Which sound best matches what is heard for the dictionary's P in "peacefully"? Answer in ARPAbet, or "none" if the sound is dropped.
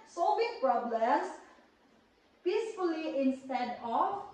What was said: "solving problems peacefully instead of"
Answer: P